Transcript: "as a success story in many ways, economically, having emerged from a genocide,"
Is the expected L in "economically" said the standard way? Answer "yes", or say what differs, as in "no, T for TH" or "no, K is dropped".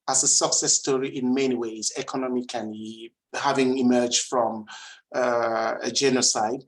no, L is dropped